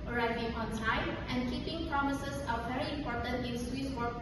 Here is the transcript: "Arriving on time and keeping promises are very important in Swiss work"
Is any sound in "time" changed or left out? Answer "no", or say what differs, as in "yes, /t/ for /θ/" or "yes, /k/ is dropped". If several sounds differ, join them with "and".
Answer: yes, /s/ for /t/